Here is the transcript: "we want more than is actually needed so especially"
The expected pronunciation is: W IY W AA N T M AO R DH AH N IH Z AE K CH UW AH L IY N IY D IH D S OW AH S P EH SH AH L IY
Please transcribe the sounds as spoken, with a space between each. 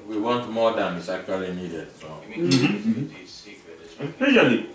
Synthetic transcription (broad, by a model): W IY W AA N T M AO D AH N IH S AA K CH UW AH L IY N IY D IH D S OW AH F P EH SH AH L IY